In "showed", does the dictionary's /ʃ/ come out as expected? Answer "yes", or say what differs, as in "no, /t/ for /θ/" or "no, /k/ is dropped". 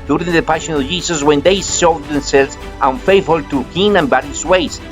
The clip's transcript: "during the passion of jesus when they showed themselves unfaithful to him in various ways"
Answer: no, /s/ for /ʃ/